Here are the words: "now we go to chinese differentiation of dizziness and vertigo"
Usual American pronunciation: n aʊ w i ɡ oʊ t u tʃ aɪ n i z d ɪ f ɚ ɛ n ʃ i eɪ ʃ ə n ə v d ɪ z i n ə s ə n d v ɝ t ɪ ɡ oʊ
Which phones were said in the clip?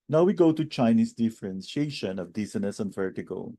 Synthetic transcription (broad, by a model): n aʊ w i ɡ oʊ t u tʃ aɪ n i s d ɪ f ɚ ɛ n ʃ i eɪ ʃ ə n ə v d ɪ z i n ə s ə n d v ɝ t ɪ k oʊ